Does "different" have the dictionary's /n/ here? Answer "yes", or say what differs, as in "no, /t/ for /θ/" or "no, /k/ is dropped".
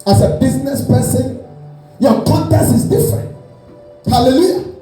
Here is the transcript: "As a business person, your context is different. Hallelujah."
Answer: yes